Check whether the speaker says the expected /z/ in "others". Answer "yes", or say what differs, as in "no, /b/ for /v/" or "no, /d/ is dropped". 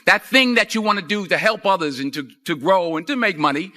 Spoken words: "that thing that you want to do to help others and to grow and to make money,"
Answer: yes